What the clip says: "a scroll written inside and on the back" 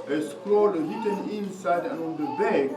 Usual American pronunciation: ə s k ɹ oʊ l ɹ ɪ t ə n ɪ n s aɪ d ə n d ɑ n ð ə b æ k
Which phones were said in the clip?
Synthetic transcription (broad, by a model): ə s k l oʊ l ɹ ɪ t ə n ɪ n s aɪ d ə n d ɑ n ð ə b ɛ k